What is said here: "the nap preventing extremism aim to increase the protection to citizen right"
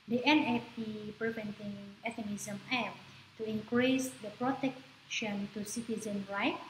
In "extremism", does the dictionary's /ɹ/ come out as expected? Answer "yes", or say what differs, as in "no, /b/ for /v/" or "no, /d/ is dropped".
no, /ɹ/ is dropped